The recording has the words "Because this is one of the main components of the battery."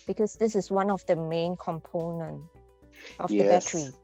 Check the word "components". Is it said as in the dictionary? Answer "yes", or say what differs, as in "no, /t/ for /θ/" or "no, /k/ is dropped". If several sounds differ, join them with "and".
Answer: no, /s/ is dropped